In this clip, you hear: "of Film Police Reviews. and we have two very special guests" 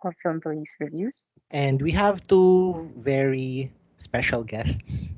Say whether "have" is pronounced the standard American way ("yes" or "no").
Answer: yes